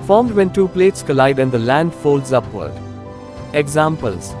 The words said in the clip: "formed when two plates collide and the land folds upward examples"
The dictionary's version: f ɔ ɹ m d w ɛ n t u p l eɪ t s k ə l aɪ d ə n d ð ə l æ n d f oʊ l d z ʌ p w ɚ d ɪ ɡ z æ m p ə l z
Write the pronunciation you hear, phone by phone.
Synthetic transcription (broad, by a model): f ɔ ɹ m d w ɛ n t u p l eɪ t s k ə l aɪ d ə n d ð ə l æ n d f oʊ l d z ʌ p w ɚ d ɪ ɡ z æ m p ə l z